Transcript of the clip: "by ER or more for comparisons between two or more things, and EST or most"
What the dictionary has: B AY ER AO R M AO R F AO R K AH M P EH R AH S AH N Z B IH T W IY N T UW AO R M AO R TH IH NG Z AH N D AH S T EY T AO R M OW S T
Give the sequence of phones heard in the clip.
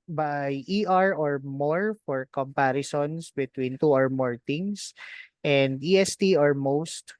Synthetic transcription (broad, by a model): B AY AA AO R M AO R F AO R K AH M P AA R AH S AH N S B IH T W IY N T UW AO R M AO R T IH NG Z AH N D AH S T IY AO R M OW S T